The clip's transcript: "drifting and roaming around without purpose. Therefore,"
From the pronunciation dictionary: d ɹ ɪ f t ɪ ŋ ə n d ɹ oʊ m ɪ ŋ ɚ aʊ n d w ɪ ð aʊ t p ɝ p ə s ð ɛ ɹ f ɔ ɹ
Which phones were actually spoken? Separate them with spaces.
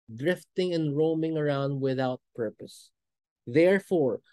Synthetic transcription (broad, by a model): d ɹ ɪ f t ɪ ŋ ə n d ɹ oʊ m ɪ ŋ ɚ aʊ n d w ɪ ð aʊ t p ɝ p ə s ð ɛ ɹ f ɔ ɹ